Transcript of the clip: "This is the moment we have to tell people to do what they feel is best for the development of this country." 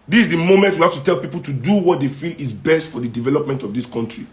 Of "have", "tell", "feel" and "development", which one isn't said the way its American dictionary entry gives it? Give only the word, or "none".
have